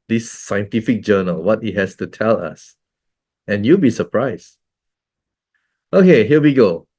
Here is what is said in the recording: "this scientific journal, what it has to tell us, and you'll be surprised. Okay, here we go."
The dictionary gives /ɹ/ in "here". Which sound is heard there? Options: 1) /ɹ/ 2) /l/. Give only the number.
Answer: 2